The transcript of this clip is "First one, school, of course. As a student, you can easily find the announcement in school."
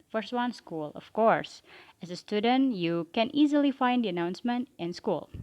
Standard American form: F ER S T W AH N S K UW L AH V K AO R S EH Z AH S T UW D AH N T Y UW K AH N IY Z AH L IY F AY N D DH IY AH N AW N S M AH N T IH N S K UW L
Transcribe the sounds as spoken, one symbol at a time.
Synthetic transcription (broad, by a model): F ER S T W AH N S K UW L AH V K AO R S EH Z AH S T UW D AH N T Y UW K AH N IY Z AH L IY F AY N D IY AH N AW N S M AH N T IH N S K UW L